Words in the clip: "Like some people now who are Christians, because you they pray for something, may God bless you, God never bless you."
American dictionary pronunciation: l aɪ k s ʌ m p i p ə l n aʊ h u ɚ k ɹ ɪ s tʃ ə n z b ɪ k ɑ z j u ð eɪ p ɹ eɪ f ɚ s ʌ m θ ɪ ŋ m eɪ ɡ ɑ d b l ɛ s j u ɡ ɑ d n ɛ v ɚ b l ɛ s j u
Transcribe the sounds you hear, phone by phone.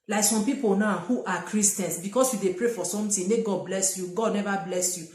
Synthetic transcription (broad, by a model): l aɪ k s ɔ m p i p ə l n aʊ h u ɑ k ɹ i s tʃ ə n s b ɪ k ɑ s j u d eɪ p ɹ eɪ f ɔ s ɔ m t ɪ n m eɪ ɡ ɑ d b l ɛ s j u ɡ ɑ d n ɛ v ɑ b l ɛ s j u